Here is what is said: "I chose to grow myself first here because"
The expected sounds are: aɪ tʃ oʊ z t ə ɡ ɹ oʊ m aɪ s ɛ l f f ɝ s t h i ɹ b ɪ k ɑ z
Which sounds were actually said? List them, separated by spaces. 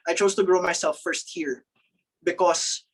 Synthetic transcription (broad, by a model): aɪ tʃ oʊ s t ə ɡ ɹ oʊ m aɪ s ɛ l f f ɝ s t h i ɹ b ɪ k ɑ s